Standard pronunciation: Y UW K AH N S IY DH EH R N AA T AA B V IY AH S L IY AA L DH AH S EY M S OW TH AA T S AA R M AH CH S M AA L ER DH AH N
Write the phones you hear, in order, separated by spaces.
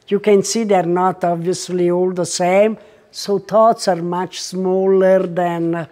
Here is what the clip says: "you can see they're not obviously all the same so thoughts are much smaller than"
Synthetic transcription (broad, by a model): Y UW K AH N S IY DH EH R N AA T AA B V IY AH S L IY AA L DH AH S EY M S OW T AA T S AA R M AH CH S M AA L ER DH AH N